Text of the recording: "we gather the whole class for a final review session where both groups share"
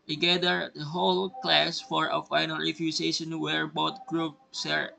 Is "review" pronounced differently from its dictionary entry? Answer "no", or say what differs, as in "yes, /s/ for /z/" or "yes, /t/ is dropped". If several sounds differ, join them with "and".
yes, /f/ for /v/